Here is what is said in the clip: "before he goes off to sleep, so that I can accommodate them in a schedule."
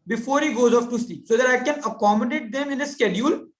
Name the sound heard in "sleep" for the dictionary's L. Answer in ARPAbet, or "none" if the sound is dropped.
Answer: none